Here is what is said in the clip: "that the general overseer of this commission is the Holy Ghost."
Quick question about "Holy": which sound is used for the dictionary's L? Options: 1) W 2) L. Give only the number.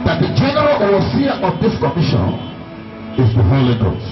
2